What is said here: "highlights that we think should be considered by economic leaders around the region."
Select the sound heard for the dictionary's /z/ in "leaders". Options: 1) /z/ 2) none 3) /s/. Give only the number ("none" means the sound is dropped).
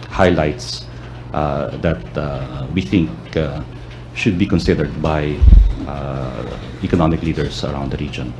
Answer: 3